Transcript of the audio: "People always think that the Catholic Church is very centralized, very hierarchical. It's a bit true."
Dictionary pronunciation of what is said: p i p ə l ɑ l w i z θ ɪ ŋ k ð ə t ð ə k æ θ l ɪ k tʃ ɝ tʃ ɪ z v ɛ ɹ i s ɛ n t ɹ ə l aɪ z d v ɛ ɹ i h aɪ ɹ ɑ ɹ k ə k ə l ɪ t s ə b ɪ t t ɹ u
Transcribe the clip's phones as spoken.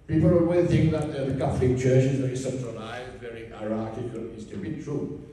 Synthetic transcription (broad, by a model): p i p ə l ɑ w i θ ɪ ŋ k ð ə t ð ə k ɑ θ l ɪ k tʃ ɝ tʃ ɪ z v ɛ ɹ i s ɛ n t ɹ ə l aɪ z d v ɛ ɹ i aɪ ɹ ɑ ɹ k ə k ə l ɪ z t ə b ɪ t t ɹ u